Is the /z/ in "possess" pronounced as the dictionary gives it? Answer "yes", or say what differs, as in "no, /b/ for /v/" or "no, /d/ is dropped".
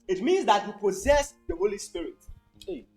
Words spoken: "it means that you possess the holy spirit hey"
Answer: yes